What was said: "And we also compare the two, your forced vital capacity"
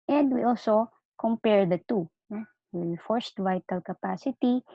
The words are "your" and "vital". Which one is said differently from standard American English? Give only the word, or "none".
your